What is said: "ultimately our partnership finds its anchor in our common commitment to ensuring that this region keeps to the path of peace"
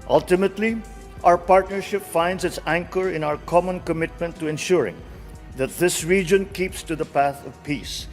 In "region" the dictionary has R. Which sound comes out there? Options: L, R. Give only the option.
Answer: R